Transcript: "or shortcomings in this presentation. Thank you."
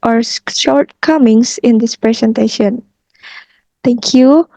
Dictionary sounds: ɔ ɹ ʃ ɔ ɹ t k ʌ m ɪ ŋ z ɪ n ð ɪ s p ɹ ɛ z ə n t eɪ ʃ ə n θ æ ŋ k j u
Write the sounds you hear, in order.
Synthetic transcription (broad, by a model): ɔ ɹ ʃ ɔ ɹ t k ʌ m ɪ ŋ s ɪ n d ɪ s p ɹ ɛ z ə n t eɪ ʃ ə n t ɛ ŋ k j u